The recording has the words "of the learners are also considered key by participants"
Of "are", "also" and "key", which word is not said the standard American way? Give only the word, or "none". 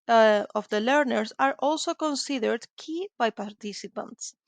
none